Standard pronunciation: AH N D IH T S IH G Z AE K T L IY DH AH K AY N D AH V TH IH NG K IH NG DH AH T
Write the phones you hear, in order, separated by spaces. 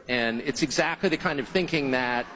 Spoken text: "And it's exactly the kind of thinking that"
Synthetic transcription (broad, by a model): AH N IH T S IH G Z AE K T L IY DH AH K AY N D AH V TH IH NG K IH NG DH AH T